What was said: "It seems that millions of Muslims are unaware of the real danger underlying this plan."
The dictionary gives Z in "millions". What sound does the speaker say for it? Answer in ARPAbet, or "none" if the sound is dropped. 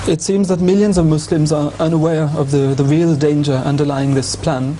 Z